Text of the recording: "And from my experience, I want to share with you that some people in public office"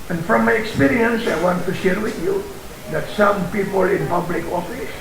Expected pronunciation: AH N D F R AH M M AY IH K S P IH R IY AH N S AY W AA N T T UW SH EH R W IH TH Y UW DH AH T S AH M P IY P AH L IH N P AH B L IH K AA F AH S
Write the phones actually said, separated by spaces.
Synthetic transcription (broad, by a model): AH N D F R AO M M AY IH K S P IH R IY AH N S AY W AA N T T UW SH EH R W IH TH Y UW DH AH T S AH M P IY P AH L IH N P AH B L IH K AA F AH S